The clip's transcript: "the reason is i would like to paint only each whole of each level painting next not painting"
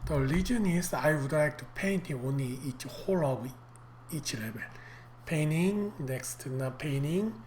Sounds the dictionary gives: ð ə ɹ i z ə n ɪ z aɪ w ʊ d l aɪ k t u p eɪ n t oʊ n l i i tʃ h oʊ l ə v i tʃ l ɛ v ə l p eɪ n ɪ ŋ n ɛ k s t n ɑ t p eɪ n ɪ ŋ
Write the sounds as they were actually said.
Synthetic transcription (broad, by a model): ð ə l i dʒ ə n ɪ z aɪ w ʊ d l aɪ k t u p eɪ n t oʊ n l i i tʃ h oʊ l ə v i tʃ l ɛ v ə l p eɪ n ɪ ŋ n ɛ k s t n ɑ p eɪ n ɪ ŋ